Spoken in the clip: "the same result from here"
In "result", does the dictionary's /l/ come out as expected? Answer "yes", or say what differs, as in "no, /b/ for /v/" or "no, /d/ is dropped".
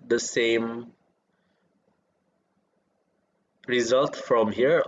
yes